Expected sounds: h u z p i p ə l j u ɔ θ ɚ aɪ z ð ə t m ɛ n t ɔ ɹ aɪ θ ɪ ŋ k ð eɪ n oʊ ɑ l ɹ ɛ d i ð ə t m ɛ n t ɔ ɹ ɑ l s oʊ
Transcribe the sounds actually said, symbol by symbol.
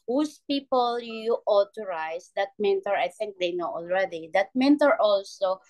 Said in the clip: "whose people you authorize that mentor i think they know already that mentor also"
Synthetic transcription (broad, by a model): h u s p i p ə l j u ɔ t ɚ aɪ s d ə t m ɛ n t ɔ ɹ aɪ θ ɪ ŋ k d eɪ n oʊ ɑ l ɹ ɛ d i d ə t m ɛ n t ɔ ɹ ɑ l s oʊ